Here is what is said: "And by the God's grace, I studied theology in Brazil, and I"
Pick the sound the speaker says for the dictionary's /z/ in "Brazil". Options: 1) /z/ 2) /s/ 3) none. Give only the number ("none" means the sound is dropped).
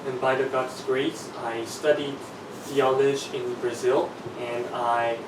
1